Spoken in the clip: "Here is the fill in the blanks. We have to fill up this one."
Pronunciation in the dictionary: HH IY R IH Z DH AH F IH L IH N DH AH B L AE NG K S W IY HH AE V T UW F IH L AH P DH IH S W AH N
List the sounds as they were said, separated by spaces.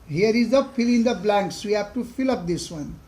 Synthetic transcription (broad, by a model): HH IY R IH Z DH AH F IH L IH N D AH B L AE NG K S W IY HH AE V T UW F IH L AH P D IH S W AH N